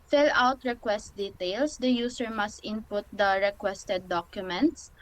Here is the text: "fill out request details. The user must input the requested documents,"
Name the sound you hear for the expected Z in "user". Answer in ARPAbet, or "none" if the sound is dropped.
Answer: S